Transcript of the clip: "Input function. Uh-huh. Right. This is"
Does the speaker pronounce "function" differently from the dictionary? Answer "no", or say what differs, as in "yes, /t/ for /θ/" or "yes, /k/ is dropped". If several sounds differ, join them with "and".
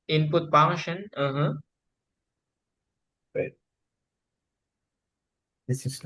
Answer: yes, /k/ is dropped